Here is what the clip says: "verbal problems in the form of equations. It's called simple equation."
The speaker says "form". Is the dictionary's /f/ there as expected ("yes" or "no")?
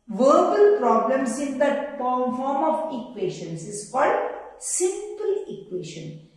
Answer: no